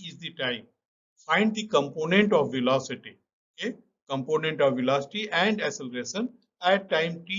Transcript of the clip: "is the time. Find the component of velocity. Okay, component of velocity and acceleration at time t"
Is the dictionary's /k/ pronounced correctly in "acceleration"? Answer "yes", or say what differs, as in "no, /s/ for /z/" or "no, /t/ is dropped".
no, /k/ is dropped